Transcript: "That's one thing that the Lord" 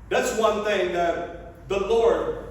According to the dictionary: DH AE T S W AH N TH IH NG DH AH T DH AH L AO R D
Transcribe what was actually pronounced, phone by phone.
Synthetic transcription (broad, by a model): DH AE T S W AH N TH IH NG DH AH T DH AH L AO R D